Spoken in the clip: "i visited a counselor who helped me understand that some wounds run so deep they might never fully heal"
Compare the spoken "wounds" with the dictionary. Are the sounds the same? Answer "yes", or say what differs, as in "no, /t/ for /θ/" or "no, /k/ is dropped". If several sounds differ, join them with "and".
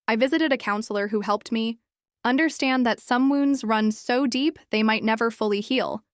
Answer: yes